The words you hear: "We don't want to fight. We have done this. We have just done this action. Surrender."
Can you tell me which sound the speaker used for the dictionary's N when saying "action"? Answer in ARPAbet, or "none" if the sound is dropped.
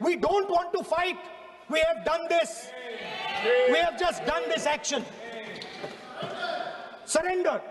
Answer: N